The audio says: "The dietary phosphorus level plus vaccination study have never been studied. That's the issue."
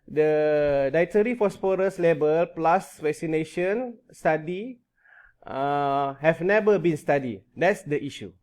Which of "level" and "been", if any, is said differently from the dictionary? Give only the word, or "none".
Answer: level